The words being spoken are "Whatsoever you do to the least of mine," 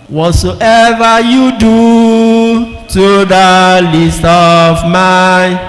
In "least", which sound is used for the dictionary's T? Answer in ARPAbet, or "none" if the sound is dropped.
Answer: T